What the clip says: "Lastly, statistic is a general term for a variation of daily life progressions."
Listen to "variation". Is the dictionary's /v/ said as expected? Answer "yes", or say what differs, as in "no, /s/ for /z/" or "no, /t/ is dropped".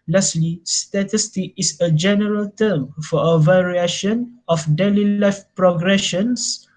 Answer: yes